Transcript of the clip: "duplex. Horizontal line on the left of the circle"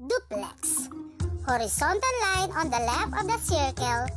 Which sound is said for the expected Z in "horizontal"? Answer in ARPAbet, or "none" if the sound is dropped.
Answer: S